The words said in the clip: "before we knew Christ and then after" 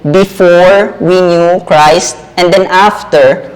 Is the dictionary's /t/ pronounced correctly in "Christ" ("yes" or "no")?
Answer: yes